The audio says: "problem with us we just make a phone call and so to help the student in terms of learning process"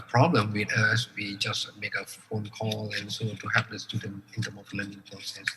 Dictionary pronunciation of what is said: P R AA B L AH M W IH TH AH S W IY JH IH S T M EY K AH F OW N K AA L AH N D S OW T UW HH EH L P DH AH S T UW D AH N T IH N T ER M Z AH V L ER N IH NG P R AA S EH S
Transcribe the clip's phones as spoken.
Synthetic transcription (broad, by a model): P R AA B L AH M W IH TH AH S W IY JH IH S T M EY K AH F OW N K AA L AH N S OW T UW HH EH P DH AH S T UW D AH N IH N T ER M AH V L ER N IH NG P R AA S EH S